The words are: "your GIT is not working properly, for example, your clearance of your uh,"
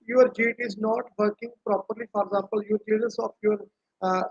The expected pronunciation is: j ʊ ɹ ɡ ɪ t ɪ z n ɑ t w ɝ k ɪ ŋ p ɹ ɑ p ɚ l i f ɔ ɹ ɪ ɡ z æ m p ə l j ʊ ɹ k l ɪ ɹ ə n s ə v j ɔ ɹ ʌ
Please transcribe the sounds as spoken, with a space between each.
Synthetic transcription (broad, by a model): j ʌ ɹ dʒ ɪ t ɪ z n ɑ t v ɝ k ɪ ŋ p ɹ ɑ p ɚ l i f ɔ ɹ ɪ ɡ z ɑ m p ə l j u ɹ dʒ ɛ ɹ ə s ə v j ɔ ɹ